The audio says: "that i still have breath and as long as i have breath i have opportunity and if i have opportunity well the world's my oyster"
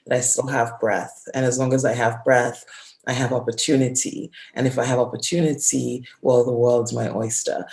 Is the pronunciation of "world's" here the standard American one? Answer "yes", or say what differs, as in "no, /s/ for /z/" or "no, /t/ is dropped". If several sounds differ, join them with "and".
yes